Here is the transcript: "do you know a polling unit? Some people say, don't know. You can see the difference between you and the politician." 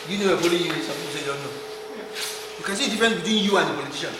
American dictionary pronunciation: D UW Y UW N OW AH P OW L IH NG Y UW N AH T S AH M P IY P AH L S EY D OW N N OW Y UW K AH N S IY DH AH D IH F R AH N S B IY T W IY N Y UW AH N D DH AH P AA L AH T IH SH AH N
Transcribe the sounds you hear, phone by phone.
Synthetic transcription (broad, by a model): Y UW N OW AH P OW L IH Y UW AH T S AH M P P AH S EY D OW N N OW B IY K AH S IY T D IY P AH N B IY T W IY N Y UW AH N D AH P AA L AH T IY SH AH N